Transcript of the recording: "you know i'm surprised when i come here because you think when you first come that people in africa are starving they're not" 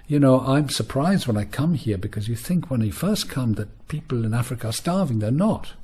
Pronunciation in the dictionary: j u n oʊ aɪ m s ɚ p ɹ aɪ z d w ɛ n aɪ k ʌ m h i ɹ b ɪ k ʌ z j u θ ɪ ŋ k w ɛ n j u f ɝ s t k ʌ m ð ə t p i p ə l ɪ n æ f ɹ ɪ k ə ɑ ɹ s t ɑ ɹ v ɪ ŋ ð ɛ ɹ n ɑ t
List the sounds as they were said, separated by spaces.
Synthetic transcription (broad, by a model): j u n oʊ aɪ m s ɚ p ɹ aɪ z d w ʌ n aɪ k ʌ m h i ɹ b ɪ k ʌ z j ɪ θ ɪ ŋ k w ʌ n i f ɝ s k ʌ m ð ə t p i p l ɪ n æ f ɹ ɪ k ə ɹ s t ɑ ɹ v ɪ ŋ ð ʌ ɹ n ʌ t